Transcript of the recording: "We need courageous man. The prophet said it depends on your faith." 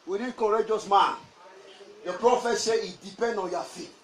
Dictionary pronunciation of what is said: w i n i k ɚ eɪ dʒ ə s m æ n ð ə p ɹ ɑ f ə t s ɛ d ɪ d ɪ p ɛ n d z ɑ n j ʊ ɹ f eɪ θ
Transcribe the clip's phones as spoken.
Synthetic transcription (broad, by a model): w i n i k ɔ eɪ dʒ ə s m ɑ n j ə p ɹ ɑ f ə t s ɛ ɪ d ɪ p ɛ n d ɑ n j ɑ f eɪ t